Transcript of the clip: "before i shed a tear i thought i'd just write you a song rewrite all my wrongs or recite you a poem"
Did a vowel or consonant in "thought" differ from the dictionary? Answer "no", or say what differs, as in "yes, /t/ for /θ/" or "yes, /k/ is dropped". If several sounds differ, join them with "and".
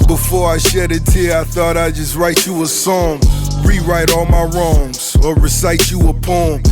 no